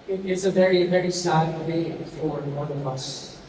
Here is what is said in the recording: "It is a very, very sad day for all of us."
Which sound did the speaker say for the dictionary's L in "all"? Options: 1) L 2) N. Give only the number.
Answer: 2